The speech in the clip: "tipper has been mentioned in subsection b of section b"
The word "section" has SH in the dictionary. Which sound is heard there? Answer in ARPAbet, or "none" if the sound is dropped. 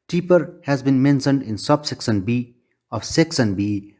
S